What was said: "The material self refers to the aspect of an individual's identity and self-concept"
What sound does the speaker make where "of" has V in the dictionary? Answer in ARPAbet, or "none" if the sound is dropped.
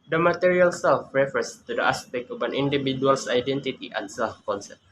P